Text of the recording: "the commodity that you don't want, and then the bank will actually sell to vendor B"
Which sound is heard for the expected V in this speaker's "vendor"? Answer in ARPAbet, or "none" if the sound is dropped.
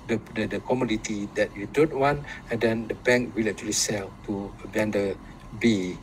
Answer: B